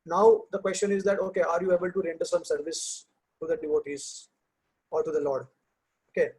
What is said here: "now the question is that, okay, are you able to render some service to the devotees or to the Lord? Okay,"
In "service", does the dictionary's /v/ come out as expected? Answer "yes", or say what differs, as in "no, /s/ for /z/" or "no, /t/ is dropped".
yes